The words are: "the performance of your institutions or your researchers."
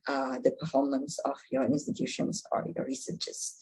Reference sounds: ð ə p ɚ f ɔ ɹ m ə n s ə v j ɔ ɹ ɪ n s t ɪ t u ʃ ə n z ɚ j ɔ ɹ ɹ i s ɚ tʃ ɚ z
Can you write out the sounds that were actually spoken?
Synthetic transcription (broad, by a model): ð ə p ɚ f ɔ ɹ m ə n s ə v j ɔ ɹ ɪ n s t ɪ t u ʃ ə n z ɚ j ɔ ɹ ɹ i s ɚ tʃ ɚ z